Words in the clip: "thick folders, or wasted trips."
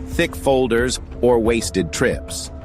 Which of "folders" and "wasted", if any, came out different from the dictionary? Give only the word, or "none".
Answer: none